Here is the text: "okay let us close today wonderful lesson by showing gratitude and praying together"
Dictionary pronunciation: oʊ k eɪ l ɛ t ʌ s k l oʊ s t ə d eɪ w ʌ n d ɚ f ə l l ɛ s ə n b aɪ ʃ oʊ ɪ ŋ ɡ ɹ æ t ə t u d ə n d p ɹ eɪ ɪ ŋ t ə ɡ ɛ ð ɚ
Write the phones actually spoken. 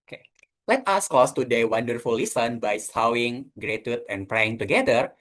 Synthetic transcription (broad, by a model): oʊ k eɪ l ɛ t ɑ s k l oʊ s t ə d eɪ w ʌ n d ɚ f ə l l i s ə n b aɪ s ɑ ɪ ŋ ɡ ɹ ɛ t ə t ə n p ɹ eɪ ɪ ŋ t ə ɡ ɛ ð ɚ